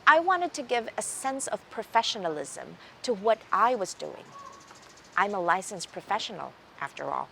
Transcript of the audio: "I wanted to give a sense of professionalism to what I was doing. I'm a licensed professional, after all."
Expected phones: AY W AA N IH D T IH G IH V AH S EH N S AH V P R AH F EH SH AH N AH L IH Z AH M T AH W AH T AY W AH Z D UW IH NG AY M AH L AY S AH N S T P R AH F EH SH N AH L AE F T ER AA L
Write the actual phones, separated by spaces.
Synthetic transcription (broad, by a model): AY W AA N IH D T IH G IH V AH S EH N S AH V P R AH F EH SH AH N L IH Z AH M T AH W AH T AY W AH Z D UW IH NG AY M AH L AY S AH N S P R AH F EH SH N L AE F T ER AA L